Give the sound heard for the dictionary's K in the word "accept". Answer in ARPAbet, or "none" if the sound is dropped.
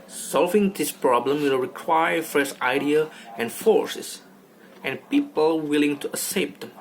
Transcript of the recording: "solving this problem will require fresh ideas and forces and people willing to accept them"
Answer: none